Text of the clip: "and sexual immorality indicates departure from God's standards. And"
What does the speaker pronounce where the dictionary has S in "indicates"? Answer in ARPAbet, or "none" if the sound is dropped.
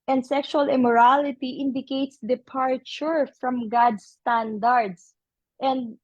S